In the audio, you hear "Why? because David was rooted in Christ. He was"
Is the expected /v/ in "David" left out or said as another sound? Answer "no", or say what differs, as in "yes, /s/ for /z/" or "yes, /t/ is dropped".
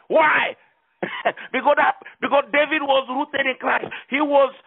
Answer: no